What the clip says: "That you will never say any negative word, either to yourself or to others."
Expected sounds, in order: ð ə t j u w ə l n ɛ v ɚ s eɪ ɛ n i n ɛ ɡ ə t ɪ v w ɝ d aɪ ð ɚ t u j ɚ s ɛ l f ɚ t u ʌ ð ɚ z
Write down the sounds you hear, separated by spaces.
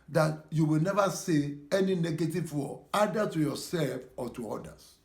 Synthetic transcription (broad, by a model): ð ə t j u w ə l n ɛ v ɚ s eɪ ɛ n i n ɛ ɡ ə t ɪ v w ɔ aɪ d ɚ t u j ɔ s ɛ l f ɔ t u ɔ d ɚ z